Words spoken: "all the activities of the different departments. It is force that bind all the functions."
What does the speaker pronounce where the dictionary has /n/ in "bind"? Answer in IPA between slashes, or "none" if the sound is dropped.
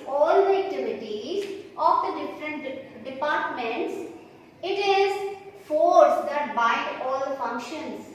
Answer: none